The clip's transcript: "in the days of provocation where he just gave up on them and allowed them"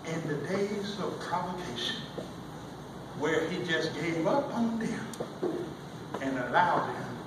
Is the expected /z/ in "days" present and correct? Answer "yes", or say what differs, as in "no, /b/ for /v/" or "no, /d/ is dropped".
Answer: yes